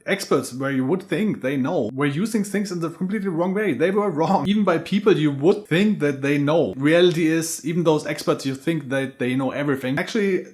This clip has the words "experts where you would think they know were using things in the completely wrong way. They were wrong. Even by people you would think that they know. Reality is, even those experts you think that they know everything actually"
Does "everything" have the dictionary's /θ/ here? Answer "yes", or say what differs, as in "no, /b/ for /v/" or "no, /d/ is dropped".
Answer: yes